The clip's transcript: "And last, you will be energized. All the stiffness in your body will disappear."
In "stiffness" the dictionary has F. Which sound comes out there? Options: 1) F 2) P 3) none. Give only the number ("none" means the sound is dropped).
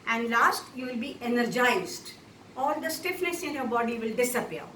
1